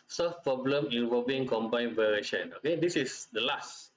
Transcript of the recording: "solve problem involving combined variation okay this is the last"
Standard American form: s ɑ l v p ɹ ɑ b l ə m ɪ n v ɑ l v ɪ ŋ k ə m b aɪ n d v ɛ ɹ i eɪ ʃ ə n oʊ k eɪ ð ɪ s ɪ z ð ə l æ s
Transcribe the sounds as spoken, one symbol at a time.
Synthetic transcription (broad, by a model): s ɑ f p ɹ ɑ b l ə m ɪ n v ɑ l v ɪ ŋ k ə m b aɪ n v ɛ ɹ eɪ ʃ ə n oʊ k eɪ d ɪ s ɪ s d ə l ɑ s